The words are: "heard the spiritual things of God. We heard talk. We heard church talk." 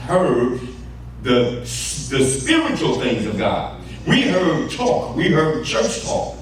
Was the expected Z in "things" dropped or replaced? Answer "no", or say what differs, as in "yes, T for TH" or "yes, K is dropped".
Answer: no